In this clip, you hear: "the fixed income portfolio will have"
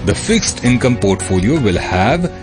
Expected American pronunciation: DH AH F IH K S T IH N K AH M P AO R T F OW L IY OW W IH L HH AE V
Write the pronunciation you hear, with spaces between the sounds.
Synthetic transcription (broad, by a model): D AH F IH K S T IH N K AH M P AO R T F OW L IY OW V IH L HH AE V